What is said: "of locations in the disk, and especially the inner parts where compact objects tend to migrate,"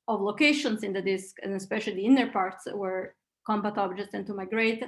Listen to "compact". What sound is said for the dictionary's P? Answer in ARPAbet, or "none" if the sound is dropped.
B